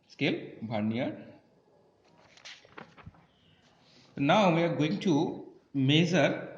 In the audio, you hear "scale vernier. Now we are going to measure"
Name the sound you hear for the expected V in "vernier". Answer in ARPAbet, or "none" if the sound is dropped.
B